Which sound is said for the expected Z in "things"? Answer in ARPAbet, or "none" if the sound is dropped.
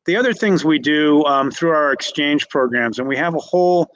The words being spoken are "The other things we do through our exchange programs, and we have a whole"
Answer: Z